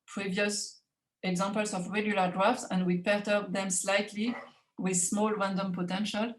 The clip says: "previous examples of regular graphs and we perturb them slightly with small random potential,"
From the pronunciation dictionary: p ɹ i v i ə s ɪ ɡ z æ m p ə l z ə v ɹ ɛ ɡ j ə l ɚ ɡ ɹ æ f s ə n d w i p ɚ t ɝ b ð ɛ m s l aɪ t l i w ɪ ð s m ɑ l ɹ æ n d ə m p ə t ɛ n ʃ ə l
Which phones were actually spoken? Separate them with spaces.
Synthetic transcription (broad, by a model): p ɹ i v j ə s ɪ ɡ z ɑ m p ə l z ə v ɹ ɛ ɡ j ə l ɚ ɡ ɹ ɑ f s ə n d w i p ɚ t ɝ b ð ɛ m s l aɪ t l i w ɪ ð s m ɑ l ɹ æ n d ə m p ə t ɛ n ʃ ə l